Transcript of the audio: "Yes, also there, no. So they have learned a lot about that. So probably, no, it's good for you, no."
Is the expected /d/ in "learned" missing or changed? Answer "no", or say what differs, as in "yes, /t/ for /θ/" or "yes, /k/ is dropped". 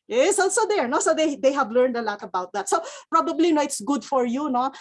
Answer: no